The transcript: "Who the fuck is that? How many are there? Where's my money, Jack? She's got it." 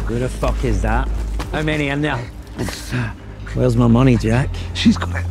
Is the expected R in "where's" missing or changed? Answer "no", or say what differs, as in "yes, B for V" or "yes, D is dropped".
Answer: yes, L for R